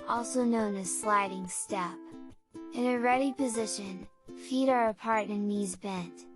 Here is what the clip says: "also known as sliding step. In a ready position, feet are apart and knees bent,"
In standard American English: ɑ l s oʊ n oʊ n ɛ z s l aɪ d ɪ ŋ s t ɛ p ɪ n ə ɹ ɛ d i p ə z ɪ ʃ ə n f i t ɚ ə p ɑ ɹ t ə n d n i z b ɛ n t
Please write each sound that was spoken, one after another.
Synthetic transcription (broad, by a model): ɑ l s oʊ n oʊ n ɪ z s l aɪ d ɪ ŋ s t ɛ p ɪ n ə ɹ ɛ d i p ə z ɪ ʃ ə n f i t ɚ ə p ɑ ɹ t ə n n i z b ɛ n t